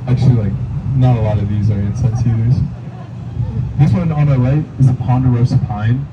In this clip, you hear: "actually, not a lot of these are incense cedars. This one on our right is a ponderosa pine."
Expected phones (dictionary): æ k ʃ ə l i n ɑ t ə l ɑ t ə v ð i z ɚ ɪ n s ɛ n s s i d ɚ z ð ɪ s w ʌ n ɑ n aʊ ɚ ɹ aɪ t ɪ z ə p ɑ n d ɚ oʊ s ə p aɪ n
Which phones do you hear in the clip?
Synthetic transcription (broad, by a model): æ k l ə l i n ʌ t ə l ɑ t ə v ð i z ɚ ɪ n s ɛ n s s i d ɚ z ð ɪ s w ʌ n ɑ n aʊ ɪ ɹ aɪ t ɪ z ə p ɑ n d ɚ oʊ s ə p aɪ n